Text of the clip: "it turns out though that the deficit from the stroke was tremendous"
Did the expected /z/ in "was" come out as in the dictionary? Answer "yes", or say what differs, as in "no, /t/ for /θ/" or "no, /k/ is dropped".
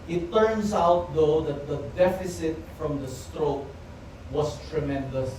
no, /s/ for /z/